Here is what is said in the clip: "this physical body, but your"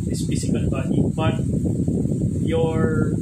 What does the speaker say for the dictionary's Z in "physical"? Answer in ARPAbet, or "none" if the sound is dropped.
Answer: S